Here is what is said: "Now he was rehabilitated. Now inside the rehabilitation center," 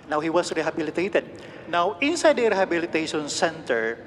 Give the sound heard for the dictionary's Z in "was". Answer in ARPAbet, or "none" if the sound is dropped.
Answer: S